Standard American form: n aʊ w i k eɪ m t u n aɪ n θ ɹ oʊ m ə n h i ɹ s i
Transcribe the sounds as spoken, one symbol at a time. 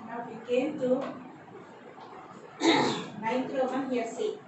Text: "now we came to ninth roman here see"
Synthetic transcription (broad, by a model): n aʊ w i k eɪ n t u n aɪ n t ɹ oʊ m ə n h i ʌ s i